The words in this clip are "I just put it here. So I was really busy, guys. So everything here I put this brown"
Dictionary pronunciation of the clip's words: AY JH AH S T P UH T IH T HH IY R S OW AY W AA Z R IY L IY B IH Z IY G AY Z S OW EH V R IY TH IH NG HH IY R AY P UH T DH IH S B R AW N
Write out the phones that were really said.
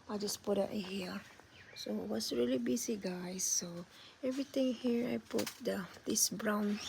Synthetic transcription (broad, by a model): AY JH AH S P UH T IH T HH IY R S OW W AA S R IY L IY B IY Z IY G AY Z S OW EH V R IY T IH NG HH IY R AY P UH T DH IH S B R AW N